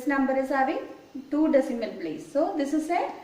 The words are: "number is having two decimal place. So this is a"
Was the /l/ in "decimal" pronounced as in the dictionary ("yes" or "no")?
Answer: no